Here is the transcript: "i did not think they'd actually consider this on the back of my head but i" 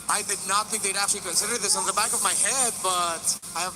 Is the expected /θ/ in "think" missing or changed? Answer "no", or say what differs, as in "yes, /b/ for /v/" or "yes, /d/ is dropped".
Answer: no